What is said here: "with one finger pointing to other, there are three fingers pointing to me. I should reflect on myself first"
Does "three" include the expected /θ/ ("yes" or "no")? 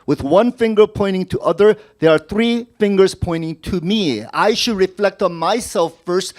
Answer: yes